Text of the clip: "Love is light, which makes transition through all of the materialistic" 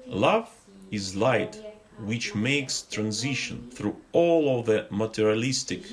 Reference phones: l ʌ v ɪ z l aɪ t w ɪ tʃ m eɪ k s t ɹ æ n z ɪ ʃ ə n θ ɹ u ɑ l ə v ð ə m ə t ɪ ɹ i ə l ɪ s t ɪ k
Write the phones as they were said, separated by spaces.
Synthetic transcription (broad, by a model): l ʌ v ɪ z l aɪ t w ɪ tʃ m eɪ k s t ɹ æ n z ɪ ʃ ə n θ ɹ u ɑ l ə v ð ə m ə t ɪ ɹ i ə l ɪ s t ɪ k